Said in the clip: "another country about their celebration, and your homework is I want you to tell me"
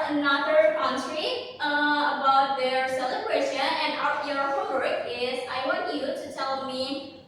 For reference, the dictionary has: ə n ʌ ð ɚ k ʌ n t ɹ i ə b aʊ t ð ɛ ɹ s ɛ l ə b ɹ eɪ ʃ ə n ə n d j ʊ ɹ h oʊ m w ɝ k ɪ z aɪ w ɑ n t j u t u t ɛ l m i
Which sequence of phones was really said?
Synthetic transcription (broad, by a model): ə n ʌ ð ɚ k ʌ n s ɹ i ə b aʊ t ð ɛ ɹ s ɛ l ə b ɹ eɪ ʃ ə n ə n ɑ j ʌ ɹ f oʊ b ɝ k ɪ z aɪ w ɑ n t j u t u t ɛ l m i